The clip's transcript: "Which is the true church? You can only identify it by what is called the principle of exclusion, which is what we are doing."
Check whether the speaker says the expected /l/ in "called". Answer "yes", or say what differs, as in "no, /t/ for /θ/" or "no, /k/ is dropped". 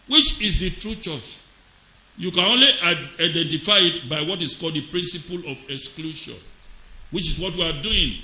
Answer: yes